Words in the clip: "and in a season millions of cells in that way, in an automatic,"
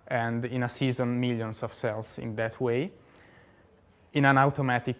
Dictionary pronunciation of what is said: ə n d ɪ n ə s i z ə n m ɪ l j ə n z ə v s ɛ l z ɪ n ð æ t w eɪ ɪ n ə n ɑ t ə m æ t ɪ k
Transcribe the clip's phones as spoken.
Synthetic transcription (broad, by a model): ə n d ɪ n ə s i z ə n m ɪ l j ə n s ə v s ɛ l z ɪ n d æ t w eɪ ɪ n ə n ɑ t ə m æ t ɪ k